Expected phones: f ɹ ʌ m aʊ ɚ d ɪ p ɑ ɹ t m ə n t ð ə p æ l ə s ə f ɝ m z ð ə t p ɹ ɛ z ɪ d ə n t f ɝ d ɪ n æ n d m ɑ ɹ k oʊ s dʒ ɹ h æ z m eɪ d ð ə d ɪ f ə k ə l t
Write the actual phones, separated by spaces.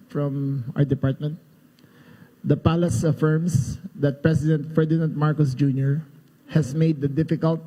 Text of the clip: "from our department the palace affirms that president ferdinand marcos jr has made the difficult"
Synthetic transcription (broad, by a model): f ɹ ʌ m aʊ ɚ d ɪ p ɑ ɹ t m ə n t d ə p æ l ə s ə f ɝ m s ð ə t p ɹ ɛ s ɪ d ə n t f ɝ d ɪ n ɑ n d m ɑ ɹ k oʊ s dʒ ɹ h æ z m eɪ d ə d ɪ f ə k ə l t